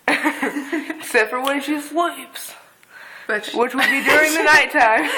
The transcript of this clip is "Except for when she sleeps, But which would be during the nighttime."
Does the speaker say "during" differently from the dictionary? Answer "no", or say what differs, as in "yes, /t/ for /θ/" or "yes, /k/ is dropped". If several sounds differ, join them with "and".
no